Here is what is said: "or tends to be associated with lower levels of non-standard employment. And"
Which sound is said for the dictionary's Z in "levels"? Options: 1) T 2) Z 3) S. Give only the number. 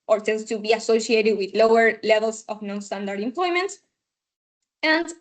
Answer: 3